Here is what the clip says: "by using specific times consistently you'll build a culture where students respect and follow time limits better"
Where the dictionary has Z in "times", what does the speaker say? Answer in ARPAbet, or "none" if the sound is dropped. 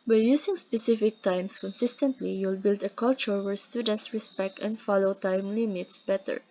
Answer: S